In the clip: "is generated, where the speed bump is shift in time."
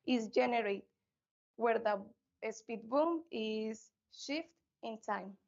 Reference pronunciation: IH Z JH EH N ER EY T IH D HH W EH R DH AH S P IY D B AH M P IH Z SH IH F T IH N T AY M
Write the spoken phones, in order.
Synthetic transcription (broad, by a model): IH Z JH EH N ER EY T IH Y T W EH R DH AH S P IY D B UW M IH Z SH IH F T IH N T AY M